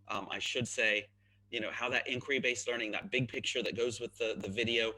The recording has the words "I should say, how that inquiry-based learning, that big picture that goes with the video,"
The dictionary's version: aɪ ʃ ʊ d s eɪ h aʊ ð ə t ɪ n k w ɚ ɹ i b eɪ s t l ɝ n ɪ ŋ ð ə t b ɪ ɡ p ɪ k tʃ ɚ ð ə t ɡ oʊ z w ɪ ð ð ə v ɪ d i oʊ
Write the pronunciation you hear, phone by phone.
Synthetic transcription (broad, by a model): aɪ ʃ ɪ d s eɪ h aʊ ð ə t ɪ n k w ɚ ɹ i b eɪ s t l ɝ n ɪ ŋ ð ə t b ɪ ɡ p ɪ k tʃ ɚ ð ə t ɡ oʊ z w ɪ ð ð ə v ɪ d i oʊ